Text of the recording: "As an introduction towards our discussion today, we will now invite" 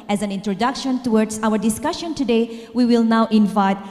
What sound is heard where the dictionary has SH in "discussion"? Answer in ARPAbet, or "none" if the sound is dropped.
SH